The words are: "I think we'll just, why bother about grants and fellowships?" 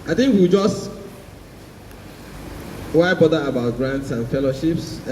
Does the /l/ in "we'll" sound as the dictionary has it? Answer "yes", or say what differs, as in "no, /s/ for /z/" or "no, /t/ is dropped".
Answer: no, /w/ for /l/